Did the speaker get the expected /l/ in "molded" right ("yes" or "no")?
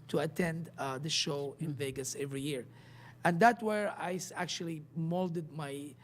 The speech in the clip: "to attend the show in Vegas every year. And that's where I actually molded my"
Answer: yes